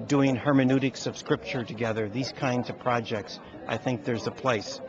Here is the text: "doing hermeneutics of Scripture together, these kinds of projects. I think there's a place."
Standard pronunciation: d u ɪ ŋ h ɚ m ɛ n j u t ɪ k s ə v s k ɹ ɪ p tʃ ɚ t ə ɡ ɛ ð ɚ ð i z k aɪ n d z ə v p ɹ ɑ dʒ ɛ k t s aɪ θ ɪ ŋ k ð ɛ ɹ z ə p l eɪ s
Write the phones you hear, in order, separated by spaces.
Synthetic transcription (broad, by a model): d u ɪ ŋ h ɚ m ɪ n u t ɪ k s ə v s k ɹ ɪ p tʃ ɚ t ə ɡ ɛ ð ɚ ð i z k aɪ n d z ə v p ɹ ɑ dʒ ɛ k t s aɪ θ ɪ ŋ k ð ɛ ɹ z ə p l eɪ s